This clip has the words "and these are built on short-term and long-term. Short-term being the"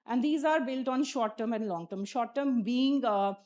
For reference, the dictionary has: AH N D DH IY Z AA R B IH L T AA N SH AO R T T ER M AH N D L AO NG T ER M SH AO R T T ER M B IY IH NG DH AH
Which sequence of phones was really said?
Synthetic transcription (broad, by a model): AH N D IY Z AA R B IH L T AA N SH AO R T T ER M AH N D L AO NG T ER M SH AO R T T ER M B IY IH NG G